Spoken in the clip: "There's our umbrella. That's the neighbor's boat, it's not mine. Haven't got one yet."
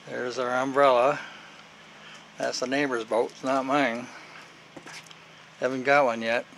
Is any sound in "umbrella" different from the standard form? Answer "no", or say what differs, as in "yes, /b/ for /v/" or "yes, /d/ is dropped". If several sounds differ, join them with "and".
no